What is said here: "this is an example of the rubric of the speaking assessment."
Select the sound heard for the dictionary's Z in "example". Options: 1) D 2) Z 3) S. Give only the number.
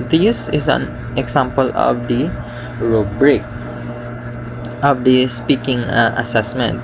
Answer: 3